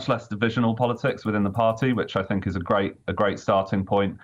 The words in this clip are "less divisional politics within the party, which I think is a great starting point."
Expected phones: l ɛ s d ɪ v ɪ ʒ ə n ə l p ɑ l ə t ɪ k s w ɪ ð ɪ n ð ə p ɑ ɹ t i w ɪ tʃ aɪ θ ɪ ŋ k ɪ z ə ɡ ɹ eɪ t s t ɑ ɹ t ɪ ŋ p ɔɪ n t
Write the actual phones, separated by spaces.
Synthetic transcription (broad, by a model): l ɛ s d ɪ v ɪ ʒ ə n ə l p ɑ l ə t ɪ k s w ɪ ð ɪ n ð ə p ɑ t i w ɪ tʃ aɪ θ ɪ ŋ k ɪ z ə ɡ ɹ eɪ t s t ɑ t ɪ ŋ p ɔɪ n t